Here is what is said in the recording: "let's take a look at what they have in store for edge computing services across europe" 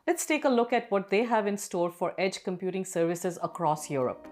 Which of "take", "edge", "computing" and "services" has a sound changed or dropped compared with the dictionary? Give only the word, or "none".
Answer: none